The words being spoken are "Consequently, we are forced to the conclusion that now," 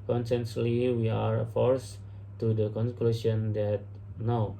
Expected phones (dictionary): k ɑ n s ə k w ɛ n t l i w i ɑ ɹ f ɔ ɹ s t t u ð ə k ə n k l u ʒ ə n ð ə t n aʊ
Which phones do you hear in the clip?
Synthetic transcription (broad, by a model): k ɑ n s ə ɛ n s l i w i ɑ ɹ f ɔ ɹ s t t u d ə k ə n k l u ʃ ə n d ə t n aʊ